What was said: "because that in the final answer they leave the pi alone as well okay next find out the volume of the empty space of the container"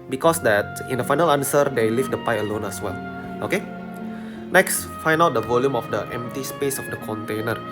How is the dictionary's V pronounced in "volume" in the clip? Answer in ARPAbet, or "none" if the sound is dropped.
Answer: V